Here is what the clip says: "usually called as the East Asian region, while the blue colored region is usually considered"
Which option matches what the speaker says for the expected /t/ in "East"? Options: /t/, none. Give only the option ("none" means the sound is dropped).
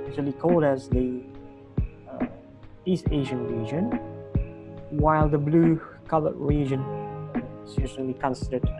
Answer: /t/